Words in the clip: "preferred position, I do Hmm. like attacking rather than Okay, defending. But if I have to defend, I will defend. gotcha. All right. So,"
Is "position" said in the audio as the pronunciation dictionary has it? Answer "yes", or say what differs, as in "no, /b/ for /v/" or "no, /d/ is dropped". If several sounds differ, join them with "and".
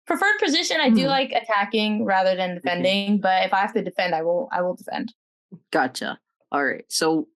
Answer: yes